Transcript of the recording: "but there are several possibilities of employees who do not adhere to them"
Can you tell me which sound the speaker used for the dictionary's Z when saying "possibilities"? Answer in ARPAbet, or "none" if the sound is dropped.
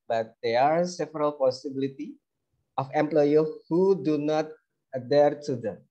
none